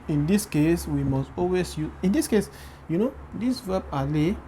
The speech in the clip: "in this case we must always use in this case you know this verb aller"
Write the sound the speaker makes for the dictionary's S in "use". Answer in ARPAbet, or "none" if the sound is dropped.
none